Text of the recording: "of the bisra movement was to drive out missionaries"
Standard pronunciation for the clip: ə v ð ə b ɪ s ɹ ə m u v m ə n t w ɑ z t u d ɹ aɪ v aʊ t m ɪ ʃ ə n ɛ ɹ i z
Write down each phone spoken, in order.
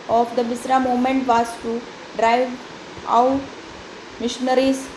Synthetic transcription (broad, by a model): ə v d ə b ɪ s ɹ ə m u m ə n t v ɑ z t u d ɹ aɪ v aʊ t m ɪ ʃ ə n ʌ ɹ i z